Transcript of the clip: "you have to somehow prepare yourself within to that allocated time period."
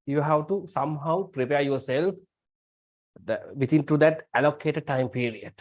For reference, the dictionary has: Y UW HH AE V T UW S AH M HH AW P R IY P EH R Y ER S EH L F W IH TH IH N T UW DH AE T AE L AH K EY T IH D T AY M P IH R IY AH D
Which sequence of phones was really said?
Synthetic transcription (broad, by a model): Y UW HH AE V T UW S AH M HH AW P R IY P EH R Y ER S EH L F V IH T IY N T UW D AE T AE L AH K EY T IH D T AY M P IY R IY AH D